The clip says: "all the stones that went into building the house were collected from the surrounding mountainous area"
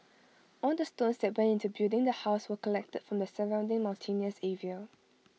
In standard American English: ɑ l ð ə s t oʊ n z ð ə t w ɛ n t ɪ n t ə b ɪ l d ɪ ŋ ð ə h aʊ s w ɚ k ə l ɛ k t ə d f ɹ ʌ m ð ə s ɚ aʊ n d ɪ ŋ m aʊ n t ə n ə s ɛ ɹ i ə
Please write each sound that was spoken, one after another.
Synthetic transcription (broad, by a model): ɑ l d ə s t oʊ n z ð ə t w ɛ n ɪ n t ə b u d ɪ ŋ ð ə h aʊ s w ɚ k ə l ɛ k t ə d f ɹ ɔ m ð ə s ɚ aʊ n d ɪ ŋ m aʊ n t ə n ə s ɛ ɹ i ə